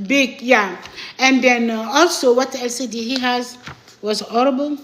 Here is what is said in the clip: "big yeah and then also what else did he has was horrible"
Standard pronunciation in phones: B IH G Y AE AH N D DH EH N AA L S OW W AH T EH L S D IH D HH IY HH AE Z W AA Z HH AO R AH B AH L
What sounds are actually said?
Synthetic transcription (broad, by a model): B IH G Y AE AH N D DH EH N AA L S OW W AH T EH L S D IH HH IY HH AE Z W AA Z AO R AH B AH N